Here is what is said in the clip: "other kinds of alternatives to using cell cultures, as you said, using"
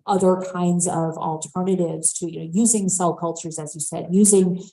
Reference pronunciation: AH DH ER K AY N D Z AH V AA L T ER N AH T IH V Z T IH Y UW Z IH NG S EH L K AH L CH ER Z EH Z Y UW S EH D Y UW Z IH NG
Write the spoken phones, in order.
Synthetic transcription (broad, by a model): AH DH ER K AY N D Z AH V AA L T ER N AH T IH V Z T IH Y UW Z IH NG S EH L K AH L CH ER Z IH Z Y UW S EH D Y UW Z IH NG